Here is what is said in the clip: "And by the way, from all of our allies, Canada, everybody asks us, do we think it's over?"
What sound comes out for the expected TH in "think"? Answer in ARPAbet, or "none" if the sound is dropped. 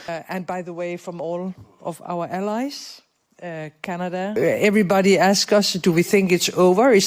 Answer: TH